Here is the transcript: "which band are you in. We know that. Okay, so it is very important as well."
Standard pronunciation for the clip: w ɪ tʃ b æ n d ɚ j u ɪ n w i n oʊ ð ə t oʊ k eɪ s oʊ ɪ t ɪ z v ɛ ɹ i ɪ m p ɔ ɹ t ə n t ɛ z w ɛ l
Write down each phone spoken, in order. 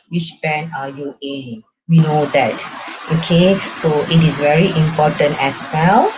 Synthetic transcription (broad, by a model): w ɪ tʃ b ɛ n ɑ j u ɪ w i n oʊ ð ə t oʊ k eɪ s oʊ ɪ t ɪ s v ɛ ɹ i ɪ m p ɔ t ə n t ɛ s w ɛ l